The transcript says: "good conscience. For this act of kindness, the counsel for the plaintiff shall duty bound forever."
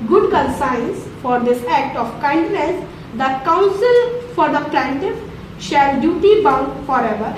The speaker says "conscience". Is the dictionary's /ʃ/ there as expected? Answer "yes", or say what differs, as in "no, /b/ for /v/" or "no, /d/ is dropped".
no, /s/ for /ʃ/